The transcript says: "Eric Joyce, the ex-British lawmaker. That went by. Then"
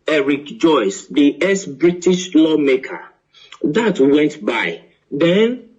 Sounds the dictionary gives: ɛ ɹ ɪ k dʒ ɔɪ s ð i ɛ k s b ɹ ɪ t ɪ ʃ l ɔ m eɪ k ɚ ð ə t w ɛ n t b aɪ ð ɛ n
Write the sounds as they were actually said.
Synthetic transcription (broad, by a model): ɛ ɹ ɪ k dʒ ɔɪ s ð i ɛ s b ɹ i t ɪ ʃ l ɔ m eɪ k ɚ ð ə t w ɛ n t b aɪ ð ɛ n